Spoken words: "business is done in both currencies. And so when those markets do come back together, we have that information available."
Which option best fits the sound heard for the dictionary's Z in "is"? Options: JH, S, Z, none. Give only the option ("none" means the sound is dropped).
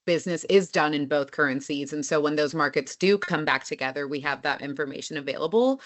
Z